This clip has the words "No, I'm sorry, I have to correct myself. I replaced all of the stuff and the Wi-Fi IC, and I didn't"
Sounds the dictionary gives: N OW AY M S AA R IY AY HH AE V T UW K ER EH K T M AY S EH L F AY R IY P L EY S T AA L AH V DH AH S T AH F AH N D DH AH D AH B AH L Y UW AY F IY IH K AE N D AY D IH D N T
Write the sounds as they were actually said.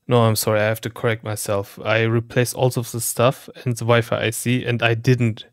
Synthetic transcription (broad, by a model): N OW AY M S AA R IY AY HH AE F T UW K ER EH K T M AY S EH L F AY R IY P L EY S AA L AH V DH AH S T AH F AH N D DH AH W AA AH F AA AY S IY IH N D AY D IH D N T